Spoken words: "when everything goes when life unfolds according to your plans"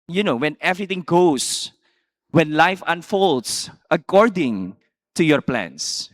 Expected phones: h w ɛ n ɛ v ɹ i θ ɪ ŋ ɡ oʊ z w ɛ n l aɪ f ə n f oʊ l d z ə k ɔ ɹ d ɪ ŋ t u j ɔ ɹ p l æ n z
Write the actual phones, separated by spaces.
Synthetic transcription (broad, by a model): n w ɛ n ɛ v ɹ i t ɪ ŋ ɡ oʊ s w ɛ n l aɪ f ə n f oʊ l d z ə k ɔ ɹ d ɪ ŋ t u j ɔ ɹ p l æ n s